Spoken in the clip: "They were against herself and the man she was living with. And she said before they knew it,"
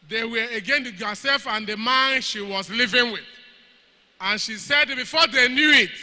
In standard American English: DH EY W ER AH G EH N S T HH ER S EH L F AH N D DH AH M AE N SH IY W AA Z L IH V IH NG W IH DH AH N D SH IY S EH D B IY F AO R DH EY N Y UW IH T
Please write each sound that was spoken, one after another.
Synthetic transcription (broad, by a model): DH EY W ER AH G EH N T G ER S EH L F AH N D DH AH M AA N SH IY W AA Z L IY V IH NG W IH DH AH N SH IY S EH D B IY F AO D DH EY N Y UW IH T